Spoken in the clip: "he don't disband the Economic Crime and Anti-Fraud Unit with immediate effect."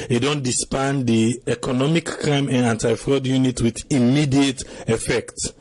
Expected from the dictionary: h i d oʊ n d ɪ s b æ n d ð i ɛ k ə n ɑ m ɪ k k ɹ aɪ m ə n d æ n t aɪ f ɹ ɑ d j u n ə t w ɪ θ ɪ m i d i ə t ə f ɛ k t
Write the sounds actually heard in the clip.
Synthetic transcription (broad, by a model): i d oʊ n d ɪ s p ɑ n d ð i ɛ k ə n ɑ m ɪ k k ɹ aɪ m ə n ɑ n t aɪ f ɹ ɑ d j u n ə t w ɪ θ ɪ m i d i ə t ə f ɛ k t